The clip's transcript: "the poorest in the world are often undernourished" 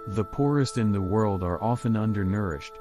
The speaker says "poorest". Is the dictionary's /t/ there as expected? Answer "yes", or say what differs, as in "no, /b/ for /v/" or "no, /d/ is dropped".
yes